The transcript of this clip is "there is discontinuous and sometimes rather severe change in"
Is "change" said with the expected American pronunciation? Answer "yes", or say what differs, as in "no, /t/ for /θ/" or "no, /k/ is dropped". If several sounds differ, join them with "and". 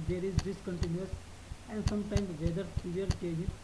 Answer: no, /n/ is dropped